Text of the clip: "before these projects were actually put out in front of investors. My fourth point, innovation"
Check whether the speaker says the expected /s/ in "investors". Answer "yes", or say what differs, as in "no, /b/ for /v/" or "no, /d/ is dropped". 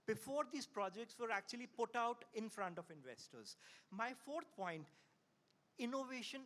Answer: yes